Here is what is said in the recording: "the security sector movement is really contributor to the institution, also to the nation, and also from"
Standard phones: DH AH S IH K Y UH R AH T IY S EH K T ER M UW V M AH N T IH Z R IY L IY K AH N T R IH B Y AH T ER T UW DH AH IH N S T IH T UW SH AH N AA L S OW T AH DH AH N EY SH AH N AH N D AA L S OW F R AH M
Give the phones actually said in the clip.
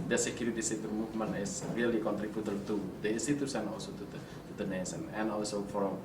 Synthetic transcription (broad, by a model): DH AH S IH K Y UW R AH T IY S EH T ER M UW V M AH N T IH S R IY L IY K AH N T R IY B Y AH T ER T UW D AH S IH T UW S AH N AA L S OW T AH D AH N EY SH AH N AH N AA L S OW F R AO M